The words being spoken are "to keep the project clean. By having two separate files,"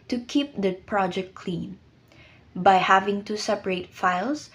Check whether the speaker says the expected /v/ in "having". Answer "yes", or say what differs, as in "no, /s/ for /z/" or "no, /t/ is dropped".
yes